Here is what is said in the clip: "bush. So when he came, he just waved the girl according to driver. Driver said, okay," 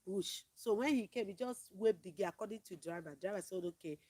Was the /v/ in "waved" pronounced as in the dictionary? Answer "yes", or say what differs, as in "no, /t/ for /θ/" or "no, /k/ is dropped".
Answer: no, /p/ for /v/